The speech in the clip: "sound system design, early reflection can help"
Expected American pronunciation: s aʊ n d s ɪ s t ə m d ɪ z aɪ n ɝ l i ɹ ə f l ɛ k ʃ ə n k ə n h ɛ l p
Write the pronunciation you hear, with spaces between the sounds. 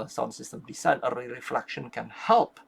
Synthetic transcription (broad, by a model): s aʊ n s ɪ s t ə m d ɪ s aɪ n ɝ i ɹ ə f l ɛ k ʃ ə n k ə n h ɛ l p